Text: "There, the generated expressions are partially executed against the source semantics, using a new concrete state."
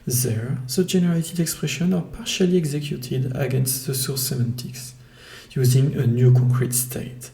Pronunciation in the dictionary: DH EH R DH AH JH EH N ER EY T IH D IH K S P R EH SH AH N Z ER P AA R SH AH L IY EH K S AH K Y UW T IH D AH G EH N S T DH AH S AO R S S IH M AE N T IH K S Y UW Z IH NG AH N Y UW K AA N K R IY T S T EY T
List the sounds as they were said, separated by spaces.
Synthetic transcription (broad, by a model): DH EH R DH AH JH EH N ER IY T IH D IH K S P R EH SH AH N ER P AA R SH AH L IY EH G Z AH K Y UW T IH D AH G EH N S T DH AH S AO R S S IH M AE N T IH K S Y UW Z IH NG AH N Y UW K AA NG K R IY T S T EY T